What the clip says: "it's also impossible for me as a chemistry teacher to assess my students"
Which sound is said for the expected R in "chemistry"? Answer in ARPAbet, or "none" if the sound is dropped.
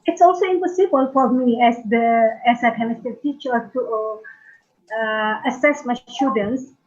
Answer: none